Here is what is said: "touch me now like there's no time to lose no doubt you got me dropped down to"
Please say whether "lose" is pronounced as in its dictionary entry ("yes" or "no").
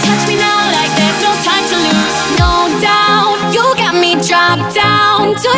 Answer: no